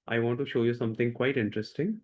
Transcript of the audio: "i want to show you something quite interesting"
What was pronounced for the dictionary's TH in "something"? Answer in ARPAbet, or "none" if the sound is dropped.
T